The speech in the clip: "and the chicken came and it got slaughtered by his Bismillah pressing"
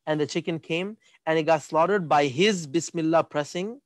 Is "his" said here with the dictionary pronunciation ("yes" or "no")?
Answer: yes